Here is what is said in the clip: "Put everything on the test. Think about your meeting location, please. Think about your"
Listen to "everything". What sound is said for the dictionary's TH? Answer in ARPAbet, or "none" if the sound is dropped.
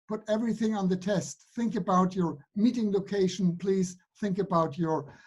TH